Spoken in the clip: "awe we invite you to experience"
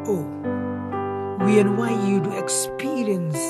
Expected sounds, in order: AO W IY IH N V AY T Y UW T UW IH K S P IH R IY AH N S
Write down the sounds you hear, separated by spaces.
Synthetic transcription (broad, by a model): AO W IY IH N W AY Y UW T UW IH K S P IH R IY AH N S